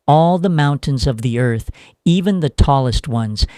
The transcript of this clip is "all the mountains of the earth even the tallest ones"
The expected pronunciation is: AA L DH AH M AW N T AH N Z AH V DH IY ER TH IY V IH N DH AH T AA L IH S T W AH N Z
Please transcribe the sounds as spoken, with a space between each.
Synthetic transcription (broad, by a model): AA L DH AH M AW N T AH N Z AH V DH IY ER TH IY V IH N DH AH T AA L IH S T W AH N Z